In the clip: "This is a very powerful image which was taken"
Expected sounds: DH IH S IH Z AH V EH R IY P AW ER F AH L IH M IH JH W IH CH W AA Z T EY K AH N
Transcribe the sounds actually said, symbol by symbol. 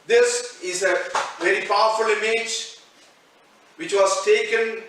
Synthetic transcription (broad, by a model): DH IH S IH Z AH V EH R IY P AW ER F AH L IH M IH JH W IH CH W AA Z T EY K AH N